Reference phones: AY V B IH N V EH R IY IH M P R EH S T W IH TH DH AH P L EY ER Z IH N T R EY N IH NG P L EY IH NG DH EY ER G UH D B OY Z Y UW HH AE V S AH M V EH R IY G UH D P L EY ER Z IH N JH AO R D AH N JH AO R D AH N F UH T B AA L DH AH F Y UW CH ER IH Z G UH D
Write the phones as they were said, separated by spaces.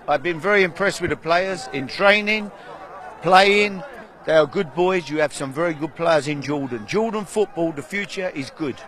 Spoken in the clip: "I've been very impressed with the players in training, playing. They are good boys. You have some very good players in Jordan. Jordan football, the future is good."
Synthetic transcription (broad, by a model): AY V B IH N V EH R IY IH M P R EH S T W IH DH AH P L EY ER Z IH N T R EY N IH NG P L EY IH NG DH EY ER G UH D B OY Z Y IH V S AH M V EH R IY G UH D P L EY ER Z IH N JH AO L D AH N JH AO L D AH N F UH T B AA L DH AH F Y UW CH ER IH Z G UH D